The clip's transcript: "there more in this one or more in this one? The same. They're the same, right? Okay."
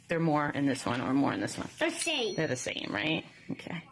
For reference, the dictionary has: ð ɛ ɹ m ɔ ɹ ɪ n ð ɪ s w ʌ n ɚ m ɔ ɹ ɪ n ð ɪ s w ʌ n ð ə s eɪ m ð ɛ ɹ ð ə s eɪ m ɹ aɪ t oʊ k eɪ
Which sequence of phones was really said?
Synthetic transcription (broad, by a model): ð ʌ ɹ m ɔ ɹ ɪ n ð ɪ s w ʌ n ɚ m ɔ ɹ ɪ n ð ɪ s w ʌ n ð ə s eɪ m ð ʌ ɹ ð ə s eɪ m ɹ aɪ t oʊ k eɪ